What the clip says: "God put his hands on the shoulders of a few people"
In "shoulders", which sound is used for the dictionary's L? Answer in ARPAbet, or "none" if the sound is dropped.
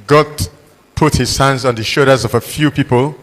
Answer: none